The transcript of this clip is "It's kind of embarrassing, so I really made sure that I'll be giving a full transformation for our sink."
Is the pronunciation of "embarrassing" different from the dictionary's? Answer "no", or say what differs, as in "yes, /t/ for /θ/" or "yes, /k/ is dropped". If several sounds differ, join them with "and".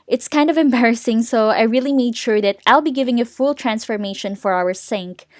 no